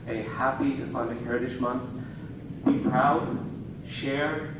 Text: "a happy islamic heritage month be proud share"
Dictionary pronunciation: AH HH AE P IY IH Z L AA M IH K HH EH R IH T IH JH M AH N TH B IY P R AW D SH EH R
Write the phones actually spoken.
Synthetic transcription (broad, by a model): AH HH AE P IY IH S L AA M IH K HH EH R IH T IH SH M AH N TH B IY P R AW D SH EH R